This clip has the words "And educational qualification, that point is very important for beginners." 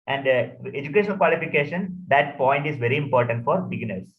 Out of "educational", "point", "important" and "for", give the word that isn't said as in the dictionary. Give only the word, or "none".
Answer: educational